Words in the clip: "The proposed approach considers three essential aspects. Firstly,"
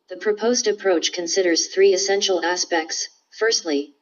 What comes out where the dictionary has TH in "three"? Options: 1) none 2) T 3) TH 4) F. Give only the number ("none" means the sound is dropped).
3